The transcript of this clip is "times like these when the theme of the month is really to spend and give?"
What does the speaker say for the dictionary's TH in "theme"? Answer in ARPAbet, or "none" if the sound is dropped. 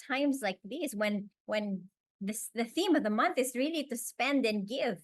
TH